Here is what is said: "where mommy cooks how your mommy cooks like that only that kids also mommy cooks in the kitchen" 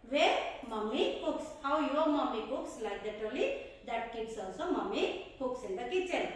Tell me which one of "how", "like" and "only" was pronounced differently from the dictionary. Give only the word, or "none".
only